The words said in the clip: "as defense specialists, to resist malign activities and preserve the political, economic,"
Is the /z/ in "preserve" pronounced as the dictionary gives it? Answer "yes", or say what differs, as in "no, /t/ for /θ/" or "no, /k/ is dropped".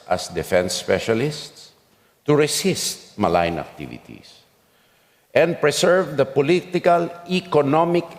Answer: no, /s/ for /z/